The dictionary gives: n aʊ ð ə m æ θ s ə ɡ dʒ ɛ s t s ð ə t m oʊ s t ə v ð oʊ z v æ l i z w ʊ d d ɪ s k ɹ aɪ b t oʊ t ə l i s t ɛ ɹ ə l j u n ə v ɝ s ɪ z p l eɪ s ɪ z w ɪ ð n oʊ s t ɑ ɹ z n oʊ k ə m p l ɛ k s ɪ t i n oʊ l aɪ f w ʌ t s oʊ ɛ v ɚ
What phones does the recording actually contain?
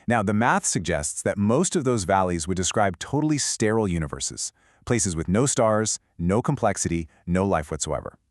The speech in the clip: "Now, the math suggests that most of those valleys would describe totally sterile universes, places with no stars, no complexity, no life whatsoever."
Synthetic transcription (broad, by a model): n aʊ ð ə m æ θ s ə ɡ dʒ ɛ s t s ð ə t m oʊ s t ə v ð oʊ z v æ l i z w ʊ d d ɪ s k ɹ aɪ b t oʊ t l i s t ɛ ɹ l j u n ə v ɝ s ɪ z p l eɪ s ɪ z w ɪ ð n oʊ s t ɑ ɹ z n oʊ k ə m p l ɛ k s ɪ t i n oʊ l aɪ f w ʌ t s oʊ ɛ v ɚ